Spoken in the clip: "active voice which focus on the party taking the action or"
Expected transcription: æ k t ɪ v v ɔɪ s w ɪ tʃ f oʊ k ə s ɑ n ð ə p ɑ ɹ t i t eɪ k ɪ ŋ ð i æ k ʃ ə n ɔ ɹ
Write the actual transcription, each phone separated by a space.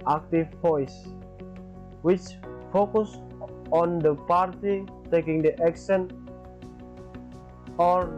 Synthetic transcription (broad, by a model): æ k t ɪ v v ɔɪ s w ɪ tʃ f oʊ k ə s ɑ n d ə p ɑ ɹ t i t eɪ k ɪ ŋ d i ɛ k s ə n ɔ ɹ